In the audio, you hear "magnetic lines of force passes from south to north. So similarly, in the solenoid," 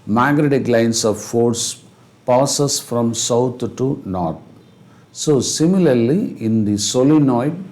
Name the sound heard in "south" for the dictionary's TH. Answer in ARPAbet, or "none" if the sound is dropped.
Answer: T